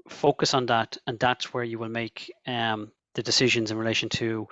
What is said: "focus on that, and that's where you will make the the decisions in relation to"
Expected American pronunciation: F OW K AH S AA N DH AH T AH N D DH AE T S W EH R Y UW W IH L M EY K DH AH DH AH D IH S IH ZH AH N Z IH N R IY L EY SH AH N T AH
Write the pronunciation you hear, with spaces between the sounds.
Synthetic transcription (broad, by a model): F OW K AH S N DH AH T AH N DH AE T S W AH R Y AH W IH L M EY K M DH AH D IH S IH ZH AH N Z IH N R IY L EY SH AH N T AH